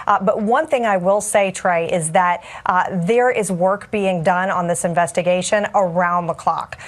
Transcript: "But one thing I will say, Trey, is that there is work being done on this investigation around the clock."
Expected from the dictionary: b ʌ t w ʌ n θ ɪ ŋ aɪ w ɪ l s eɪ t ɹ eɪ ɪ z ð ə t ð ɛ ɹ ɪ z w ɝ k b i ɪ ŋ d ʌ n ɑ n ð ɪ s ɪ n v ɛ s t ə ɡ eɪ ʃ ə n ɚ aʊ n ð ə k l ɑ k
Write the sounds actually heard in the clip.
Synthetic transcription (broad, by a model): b ʌ t w ʌ n θ ɪ ŋ aɪ w ɪ l s eɪ t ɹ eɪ ɪ z ð ə t ð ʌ ɹ ɪ z w ɝ k b i ɪ ŋ d ʌ n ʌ n ð ɪ s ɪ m v ɛ s t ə ɡ eɪ ʃ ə n ɚ aʊ n ð ə k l ɑ k